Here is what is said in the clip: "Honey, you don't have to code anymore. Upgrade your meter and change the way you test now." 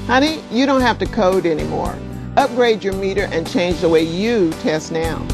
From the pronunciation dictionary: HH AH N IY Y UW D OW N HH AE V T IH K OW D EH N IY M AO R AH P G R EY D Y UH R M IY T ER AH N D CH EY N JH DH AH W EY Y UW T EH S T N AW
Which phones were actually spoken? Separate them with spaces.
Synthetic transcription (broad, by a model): HH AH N IY Y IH D OW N HH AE F T IH K OW D EH N IY M AO R AH P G R EY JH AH R M IY T ER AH N CH EY N JH DH AH W EY Y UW T EH S T N AW